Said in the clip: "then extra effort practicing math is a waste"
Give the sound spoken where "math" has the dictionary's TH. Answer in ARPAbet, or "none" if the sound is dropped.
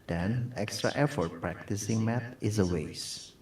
T